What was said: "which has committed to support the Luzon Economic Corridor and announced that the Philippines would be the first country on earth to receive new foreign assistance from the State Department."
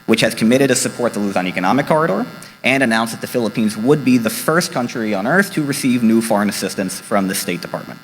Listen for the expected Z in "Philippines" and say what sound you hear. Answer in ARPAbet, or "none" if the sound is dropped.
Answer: Z